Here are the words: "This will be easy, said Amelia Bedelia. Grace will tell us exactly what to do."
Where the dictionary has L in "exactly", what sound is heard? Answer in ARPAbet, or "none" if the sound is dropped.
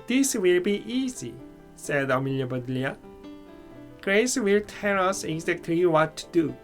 none